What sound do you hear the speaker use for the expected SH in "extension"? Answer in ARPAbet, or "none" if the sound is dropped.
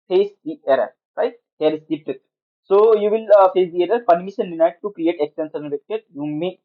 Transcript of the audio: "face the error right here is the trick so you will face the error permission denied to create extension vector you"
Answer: S